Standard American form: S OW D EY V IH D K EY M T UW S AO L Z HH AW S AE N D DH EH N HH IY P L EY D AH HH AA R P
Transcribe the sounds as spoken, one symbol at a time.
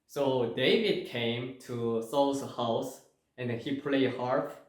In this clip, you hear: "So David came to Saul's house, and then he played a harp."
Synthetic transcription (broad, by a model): S OW D EY V IH D K EY M T UW S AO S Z HH AW S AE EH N HH IY P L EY AH HH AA R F